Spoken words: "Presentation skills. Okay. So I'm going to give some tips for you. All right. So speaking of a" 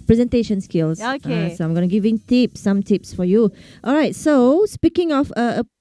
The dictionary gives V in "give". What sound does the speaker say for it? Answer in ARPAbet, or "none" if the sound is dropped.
P